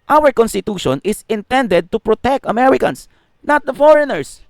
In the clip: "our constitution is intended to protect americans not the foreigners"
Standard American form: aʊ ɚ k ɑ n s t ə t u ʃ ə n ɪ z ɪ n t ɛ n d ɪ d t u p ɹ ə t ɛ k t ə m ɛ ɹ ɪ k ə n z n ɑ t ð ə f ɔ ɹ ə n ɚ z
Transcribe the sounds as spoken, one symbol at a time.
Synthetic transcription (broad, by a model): aʊ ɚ k ɑ n s t ə t u ʃ ə n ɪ s ɪ n t ɛ n d ɪ d t u p ɹ ə t ɛ k t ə m ɛ ɹ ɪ k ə n s n ɑ t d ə f ɔ ɹ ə n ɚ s